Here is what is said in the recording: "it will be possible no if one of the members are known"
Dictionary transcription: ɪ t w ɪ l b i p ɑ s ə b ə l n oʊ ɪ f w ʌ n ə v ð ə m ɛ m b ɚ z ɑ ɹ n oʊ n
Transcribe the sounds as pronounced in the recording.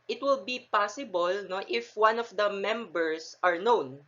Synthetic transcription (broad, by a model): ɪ t w ɪ l b i p ɑ s ə b ə l n oʊ ɪ f w ʌ n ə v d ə m ɛ m b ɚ s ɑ ɹ n oʊ n